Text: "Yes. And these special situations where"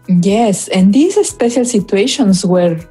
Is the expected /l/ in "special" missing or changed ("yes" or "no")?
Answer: no